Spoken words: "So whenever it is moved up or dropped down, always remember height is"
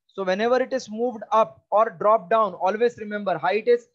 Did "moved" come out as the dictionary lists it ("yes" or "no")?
yes